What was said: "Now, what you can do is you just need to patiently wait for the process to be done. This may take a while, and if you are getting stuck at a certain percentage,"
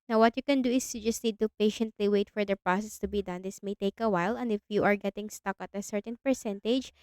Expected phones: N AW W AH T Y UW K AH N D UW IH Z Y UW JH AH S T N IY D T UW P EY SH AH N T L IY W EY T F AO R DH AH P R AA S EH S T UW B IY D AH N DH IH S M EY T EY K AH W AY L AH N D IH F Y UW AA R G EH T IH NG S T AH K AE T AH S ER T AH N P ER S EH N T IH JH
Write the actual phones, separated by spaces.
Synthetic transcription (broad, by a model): N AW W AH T Y UW K AH N D UW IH S Y UW JH AH S T N IY D T UW P EY SH AH N T L IY W EY T F AO R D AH P R AA S EH S T UW B IY D AH N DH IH S M EY T EY K AH W AY L AH N D IH F Y UW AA R G EH T IH NG S T AH K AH T AH S ER T AH N P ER S EH N T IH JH